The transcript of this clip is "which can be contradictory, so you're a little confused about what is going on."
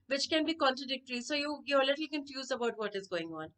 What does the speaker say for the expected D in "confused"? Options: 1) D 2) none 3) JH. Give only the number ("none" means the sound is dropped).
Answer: 2